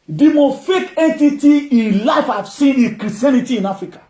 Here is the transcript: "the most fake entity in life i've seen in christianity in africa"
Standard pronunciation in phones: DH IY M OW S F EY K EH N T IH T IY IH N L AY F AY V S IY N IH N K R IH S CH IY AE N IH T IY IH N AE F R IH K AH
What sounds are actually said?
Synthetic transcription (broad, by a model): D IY M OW F EY K EH N T IH T IY IH N L AY F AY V S IY N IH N K R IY S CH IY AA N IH T IY IH N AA F R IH K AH